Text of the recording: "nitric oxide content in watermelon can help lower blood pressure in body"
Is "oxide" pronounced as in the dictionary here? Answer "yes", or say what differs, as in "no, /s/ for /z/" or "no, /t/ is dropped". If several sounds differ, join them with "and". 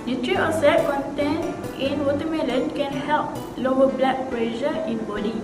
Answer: no, /k/ is dropped